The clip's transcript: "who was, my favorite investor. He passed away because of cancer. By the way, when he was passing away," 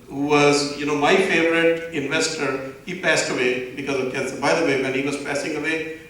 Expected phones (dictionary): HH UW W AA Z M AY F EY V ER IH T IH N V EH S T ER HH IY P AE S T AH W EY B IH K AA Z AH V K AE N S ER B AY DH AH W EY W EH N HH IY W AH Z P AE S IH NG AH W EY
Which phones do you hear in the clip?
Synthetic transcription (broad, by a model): HH UW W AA Z M AY F EY V ER IH T IH N V EH S T ER HH IY P AE S T AH W EY B IH K AA Z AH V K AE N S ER B AY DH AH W EY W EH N HH IY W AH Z P AE S IH NG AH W EY